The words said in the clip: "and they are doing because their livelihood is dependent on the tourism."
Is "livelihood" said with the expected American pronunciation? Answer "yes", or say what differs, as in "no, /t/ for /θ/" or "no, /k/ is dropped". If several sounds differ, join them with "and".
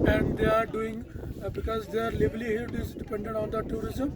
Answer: no, /b/ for /v/